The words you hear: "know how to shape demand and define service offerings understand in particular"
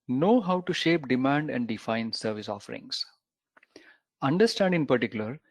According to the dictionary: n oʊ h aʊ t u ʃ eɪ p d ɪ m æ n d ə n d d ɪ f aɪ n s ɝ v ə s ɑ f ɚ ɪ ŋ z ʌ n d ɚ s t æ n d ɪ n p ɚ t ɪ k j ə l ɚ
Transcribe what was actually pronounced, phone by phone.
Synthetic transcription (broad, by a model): n oʊ h aʊ t u ʃ eɪ p d ɪ m æ n d ə n d d ɪ f aɪ n s ɝ v ə s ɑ f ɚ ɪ ŋ s ʌ n d ɚ s t æ n d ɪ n p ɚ t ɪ k j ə l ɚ